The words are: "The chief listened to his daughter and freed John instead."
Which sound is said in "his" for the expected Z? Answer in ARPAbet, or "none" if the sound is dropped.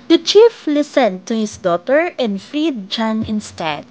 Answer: S